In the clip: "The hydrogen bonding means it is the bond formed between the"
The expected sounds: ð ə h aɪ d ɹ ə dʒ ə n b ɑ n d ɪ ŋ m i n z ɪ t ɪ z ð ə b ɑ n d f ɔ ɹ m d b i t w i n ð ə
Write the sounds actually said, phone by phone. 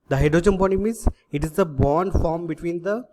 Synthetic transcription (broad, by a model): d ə h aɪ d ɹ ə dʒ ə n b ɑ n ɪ m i z ɪ t ɪ z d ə b ɑ n d f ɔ ɹ m b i t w i n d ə